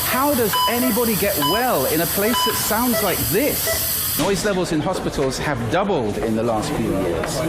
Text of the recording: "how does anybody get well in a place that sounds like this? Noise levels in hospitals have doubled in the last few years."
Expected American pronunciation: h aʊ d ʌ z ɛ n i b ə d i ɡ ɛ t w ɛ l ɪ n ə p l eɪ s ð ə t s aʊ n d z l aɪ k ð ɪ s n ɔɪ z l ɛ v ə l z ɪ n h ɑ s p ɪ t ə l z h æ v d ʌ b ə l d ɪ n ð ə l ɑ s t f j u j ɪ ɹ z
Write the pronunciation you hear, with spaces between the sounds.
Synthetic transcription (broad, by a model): h aʊ d ʌ z ɛ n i b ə d i ɡ ɛ t w ɛ l ɪ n ə p l eɪ s ð ə t s aʊ n d z l aɪ k ð ɪ s n ɔɪ z l ɛ v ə l z ɪ n h ɑ s p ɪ t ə l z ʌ v d ʌ b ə l d ɪ n ð ə l ɑ s t f j u j ɪ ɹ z